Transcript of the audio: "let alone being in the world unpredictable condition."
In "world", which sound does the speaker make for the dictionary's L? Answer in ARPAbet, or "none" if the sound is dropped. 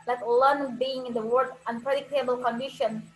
none